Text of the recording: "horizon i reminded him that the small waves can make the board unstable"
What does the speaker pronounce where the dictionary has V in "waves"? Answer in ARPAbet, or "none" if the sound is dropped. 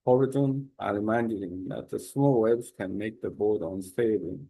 B